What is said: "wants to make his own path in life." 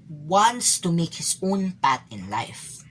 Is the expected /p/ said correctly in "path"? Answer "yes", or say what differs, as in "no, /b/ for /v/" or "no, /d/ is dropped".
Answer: no, /b/ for /p/